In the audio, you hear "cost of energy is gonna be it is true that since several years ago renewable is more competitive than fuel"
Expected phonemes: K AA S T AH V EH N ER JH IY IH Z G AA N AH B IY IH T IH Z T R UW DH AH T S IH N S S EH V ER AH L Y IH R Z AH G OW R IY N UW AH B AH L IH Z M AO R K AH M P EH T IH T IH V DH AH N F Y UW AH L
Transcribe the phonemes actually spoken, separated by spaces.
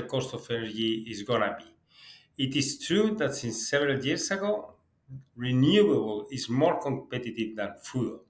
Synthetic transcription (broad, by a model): K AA S T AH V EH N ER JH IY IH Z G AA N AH B IY IH T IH S T R UW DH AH T S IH N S S EH V ER AH L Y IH R S AH G OW R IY N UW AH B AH L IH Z M AO R K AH M P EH T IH T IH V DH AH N F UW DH